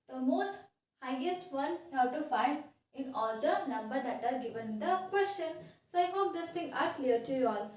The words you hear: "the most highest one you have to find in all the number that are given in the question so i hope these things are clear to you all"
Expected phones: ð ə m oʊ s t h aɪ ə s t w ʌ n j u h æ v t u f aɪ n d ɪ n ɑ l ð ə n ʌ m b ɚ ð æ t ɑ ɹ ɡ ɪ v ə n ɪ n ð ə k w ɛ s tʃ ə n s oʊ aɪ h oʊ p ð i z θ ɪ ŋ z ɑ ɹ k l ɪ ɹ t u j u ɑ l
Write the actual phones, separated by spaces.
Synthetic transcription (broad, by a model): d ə m oʊ s t h aɪ ə s t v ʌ n j u h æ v t u f aɪ n d ɪ n ɑ l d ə n ʌ m b ɚ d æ t ɑ ɹ ɡ ɪ v ə n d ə k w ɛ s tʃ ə n s oʊ aɪ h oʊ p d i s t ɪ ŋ ɑ ɹ k l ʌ ɹ t u j u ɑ l